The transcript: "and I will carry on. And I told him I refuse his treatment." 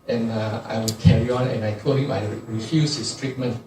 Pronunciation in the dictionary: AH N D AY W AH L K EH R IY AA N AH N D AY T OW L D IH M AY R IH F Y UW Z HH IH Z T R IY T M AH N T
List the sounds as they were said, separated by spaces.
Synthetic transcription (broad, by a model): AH N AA AY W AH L K EH R IY AA N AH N AY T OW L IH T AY R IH F Y UW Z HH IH S T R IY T M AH N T